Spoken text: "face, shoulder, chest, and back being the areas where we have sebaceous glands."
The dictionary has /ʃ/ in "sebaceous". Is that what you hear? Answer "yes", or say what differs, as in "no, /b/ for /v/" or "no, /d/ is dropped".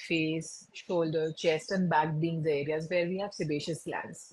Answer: yes